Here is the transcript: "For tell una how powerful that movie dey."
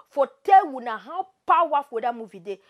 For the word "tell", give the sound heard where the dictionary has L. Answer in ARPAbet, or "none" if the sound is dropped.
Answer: W